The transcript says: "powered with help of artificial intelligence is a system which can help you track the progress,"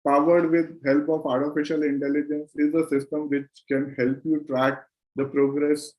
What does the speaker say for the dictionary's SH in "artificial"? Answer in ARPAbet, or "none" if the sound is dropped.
SH